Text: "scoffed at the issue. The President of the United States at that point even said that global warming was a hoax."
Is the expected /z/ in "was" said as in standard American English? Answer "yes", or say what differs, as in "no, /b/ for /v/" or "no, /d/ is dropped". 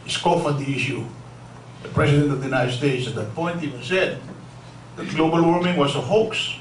no, /s/ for /z/